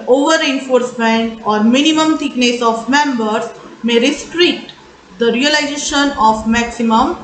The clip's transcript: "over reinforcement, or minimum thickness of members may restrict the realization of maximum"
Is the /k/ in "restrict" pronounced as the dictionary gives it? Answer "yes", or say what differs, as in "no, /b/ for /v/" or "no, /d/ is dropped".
no, /k/ is dropped